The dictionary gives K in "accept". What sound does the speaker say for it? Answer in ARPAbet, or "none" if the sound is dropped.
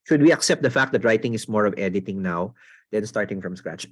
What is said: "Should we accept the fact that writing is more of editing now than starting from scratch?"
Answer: K